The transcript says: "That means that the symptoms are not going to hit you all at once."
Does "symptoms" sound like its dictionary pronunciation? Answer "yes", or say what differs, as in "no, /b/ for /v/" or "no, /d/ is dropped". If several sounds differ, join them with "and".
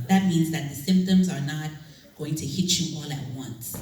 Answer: yes